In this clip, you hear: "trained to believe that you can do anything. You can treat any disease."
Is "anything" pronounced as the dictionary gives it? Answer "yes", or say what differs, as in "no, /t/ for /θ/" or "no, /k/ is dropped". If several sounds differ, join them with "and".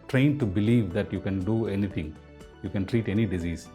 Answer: no, /t/ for /θ/